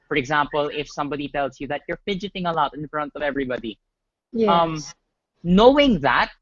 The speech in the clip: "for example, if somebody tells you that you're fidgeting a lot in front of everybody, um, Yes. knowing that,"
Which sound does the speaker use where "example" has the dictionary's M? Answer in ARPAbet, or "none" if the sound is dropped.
M